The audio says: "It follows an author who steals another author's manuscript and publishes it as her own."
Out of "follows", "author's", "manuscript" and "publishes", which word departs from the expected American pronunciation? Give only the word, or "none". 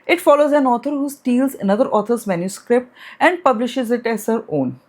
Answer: author's